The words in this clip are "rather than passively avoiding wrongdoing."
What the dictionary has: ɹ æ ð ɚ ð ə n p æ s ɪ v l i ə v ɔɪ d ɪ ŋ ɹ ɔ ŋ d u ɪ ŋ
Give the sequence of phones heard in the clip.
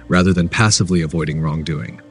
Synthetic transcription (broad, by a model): ɹ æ ð ɚ ð ə n p æ s ɪ v l i ə v ɔɪ d ɪ ŋ ɹ ɔ ŋ d u ɪ ŋ